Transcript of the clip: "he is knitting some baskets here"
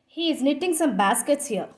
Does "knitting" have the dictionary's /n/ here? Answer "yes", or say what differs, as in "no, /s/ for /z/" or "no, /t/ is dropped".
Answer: yes